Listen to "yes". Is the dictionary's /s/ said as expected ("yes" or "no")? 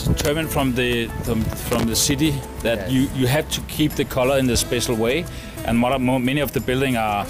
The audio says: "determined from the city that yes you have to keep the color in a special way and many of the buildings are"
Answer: no